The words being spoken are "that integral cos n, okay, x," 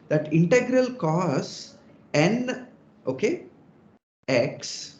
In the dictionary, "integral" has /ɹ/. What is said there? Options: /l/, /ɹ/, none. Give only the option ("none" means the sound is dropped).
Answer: /ɹ/